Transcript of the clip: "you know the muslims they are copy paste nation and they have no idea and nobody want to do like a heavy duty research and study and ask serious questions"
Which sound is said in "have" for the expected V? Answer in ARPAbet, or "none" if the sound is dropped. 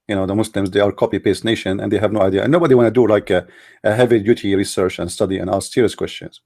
V